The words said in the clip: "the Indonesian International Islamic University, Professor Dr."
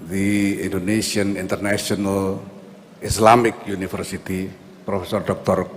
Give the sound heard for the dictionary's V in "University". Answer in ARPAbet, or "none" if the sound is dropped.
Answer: F